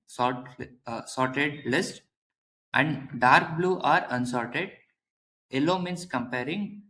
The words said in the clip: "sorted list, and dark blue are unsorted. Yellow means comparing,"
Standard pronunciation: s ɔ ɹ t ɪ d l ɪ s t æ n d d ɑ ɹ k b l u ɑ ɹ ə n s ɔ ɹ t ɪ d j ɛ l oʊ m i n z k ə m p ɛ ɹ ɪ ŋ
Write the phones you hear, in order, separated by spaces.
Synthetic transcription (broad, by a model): s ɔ ɹ t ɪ d l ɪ s t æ n d d ɑ ɹ k b l u ɑ ɹ ə n s ɔ ɹ t ɪ d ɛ l oʊ m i n s k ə m p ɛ ɹ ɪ ŋ